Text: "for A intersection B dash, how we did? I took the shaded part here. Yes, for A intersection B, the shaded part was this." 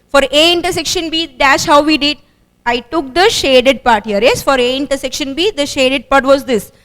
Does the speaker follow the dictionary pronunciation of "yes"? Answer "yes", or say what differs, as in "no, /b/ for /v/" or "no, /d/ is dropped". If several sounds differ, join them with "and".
yes